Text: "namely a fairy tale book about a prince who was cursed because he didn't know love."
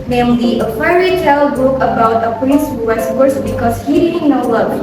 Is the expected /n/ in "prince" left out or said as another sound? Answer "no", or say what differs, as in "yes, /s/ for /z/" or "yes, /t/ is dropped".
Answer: yes, /n/ is dropped